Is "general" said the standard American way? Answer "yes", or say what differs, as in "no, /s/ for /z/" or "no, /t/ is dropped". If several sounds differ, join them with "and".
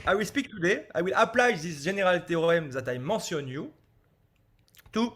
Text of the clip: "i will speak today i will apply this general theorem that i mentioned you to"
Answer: no, /ʒ/ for /dʒ/